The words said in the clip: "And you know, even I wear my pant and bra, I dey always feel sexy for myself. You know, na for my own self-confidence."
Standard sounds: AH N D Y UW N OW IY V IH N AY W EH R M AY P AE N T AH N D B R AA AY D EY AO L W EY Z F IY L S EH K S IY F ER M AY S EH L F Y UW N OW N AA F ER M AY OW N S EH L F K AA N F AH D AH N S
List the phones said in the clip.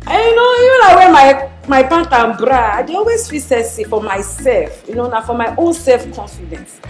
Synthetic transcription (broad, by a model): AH Y UW N OW IY V IH N AY W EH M M AY B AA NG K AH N B R AA AY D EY AO L W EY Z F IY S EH S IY F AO M AY S EH L F Y UW N OW N AA F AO M AY OW N S EH L F K AA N F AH D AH N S